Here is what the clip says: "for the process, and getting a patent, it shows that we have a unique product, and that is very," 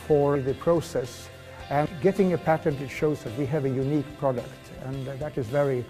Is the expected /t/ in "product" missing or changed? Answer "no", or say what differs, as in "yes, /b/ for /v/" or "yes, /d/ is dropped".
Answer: no